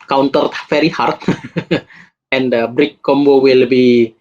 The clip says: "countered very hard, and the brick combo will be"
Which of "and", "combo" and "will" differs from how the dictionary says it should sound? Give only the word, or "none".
none